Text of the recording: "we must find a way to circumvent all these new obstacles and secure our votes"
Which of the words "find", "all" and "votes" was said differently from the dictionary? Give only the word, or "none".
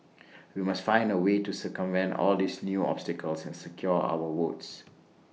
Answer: votes